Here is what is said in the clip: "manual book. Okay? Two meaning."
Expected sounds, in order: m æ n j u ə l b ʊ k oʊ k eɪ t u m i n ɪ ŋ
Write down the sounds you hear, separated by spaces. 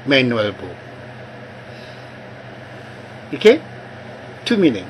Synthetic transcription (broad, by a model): m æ n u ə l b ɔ oʊ k eɪ t u m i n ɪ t